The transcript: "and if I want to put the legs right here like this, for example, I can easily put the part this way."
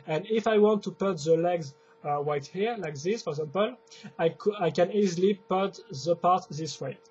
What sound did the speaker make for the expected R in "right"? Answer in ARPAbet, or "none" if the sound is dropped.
W